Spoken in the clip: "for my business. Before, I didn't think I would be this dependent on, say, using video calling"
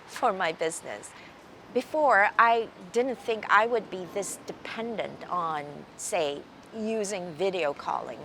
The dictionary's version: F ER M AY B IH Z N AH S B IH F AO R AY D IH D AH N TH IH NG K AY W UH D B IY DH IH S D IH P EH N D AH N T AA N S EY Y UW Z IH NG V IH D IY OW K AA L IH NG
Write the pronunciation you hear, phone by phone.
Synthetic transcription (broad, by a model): F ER M AY B IH Z N AH S B IH F AO R AY D IH D N TH IH NG K AY W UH D B IY DH IH S D IH P EH N D AH N T N S EY Y UW Z IH NG V IH D IY OW K AA L IH NG